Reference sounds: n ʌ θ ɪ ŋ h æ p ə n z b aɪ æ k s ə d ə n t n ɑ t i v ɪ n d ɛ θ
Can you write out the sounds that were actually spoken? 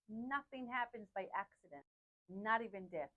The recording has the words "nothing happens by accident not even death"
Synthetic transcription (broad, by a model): n ʌ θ ɪ ŋ h æ p ə n z b aɪ æ k s ə d ə n t n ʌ t i v ɪ n d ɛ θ